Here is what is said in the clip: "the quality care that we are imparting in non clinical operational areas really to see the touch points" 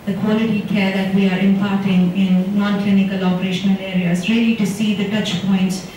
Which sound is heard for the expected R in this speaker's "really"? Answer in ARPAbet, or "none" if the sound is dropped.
R